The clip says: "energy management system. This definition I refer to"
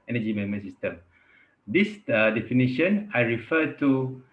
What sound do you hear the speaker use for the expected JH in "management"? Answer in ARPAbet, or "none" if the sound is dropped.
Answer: none